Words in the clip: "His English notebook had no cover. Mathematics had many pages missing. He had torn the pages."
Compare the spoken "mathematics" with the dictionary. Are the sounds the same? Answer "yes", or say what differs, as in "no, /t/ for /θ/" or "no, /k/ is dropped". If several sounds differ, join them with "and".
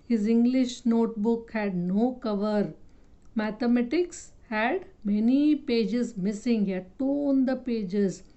no, /t/ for /θ/